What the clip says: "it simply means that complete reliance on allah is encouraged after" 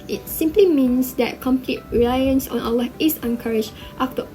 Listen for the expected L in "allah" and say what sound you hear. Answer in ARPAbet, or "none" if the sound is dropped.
W